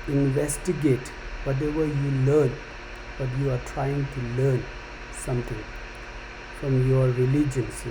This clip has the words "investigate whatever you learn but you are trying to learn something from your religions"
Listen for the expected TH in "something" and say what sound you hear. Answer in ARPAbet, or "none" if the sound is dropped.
T